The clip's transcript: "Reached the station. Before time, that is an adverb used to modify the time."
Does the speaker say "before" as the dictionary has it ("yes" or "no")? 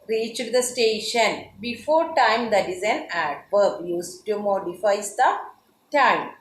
yes